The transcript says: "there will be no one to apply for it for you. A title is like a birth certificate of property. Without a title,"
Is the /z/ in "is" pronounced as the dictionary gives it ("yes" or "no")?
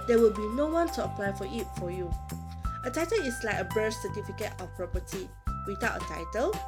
no